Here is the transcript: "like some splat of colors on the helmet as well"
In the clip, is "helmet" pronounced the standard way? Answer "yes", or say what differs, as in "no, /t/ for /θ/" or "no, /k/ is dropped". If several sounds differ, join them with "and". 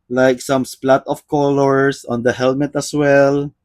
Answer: yes